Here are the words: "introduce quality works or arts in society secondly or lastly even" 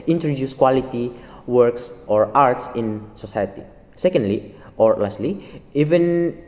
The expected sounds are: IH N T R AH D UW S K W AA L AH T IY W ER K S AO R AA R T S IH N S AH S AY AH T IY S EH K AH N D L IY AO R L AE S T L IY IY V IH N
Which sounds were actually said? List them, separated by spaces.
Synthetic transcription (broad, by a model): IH N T R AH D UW S K W AA L AH T IY W ER K S AO R AA R T S IH N S AH S AY AH T IY S EH K AH N D L IY AO R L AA S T L IY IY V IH N